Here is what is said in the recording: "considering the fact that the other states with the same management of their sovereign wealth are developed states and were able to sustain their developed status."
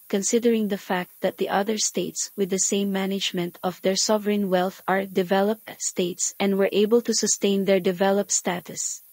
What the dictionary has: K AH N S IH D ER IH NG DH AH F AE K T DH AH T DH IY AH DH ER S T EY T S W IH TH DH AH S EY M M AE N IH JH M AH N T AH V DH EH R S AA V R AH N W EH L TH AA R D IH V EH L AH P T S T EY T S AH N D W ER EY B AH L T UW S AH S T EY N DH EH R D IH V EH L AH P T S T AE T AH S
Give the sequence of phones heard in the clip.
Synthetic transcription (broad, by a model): K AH N S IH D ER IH NG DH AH F AE K T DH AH T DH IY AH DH ER S T EY T S W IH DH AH S EY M M AE N IH JH M AH N T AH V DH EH R S AA V R AH N W EH L TH AA R D IH V EH L AH P T S T EY T S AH N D W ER EY B AH L T UW S AH S T EY N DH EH R D IH V EH L AH P T S T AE T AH S